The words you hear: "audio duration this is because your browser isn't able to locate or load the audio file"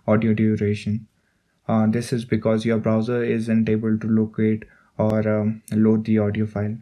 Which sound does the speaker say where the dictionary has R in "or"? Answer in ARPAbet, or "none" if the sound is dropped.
R